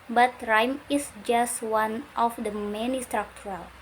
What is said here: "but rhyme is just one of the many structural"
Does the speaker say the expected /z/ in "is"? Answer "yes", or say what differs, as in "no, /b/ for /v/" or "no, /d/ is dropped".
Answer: no, /s/ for /z/